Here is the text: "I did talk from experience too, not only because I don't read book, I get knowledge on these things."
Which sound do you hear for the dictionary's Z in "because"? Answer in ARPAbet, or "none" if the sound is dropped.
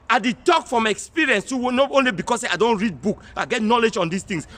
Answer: S